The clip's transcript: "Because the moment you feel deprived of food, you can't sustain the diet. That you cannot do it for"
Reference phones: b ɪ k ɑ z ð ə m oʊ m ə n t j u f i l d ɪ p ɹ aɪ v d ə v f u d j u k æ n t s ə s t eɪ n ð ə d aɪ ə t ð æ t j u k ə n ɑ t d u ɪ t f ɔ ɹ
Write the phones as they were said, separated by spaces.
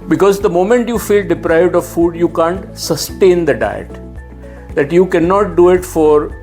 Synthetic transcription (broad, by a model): b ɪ k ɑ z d ə m oʊ m ə n t j u f i l d ɪ p ɹ aɪ v d ə v f u d j u k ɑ n t s ə s t eɪ n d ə d aɪ ə t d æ t j u k ə n ɑ t d u ɪ t f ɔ ɹ